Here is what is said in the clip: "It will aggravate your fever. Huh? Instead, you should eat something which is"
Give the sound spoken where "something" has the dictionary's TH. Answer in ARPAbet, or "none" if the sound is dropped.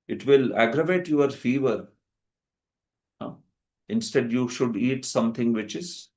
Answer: T